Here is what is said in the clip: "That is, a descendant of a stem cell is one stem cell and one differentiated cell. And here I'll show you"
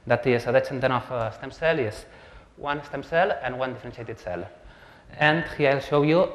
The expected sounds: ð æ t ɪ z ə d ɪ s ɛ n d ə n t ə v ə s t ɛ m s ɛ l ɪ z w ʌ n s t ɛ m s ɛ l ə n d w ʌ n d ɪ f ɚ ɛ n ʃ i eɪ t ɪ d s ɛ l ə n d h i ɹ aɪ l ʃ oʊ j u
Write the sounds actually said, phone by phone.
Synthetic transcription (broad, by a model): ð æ t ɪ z ə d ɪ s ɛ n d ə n ə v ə s t ɛ m s ɛ l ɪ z w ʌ n s t ɛ m s ɛ l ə n w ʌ n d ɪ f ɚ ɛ n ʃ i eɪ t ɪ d s ɛ l ə n d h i aɪ l ʃ oʊ j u